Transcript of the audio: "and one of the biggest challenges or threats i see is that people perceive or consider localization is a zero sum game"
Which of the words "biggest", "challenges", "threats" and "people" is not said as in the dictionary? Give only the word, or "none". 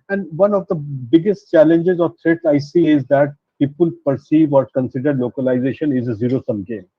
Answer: threats